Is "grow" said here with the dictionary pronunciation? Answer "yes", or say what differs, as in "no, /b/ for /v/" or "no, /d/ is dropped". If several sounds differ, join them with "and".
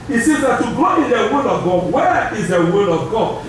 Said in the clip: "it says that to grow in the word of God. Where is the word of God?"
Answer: no, /ɹ/ is dropped